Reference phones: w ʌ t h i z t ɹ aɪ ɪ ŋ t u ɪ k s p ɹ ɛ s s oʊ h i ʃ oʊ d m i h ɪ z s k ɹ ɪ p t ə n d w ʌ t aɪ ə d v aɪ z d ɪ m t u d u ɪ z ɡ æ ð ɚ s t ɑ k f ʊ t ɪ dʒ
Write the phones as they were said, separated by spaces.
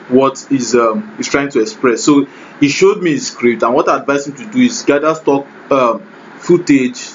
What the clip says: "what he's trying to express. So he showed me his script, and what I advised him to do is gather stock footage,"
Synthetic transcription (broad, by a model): w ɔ t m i s t ɹ aɪ ɪ ŋ t u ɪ k s p ɹ ɛ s s oʊ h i ʃ oʊ d m i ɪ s k ɹ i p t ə n w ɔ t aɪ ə d v aɪ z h ɪ m t u d u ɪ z ɡ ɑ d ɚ s t ɑ k f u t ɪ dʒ